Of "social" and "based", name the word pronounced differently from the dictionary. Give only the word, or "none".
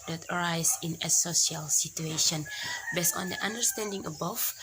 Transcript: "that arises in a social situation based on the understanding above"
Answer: social